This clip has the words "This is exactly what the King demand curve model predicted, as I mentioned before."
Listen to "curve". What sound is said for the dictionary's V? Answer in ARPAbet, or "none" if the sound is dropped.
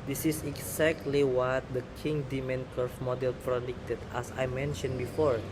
F